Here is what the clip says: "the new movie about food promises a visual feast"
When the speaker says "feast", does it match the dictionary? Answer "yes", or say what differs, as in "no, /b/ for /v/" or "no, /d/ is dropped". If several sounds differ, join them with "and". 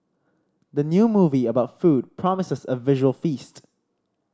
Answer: yes